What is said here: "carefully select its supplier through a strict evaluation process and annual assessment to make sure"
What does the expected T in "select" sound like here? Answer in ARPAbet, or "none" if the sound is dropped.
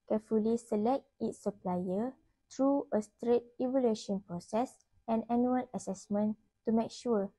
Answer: T